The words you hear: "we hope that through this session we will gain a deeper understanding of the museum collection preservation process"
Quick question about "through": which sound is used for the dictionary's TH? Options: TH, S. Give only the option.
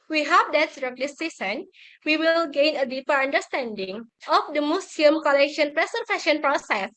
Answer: S